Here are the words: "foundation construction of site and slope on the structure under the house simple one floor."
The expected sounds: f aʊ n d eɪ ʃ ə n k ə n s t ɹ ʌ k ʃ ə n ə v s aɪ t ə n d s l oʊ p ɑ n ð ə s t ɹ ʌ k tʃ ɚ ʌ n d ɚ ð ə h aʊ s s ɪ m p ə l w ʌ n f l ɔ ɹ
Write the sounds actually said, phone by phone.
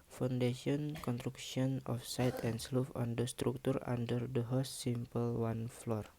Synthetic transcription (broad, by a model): f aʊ n d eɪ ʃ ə n k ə n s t ɹ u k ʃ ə n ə f s aɪ t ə n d s l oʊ f ɑ n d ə s t ɹ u k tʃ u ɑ n d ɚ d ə h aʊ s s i m p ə l w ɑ n f l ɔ ɹ